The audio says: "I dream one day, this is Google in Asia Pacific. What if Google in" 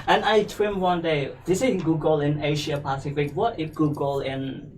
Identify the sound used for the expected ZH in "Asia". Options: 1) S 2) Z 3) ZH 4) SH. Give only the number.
4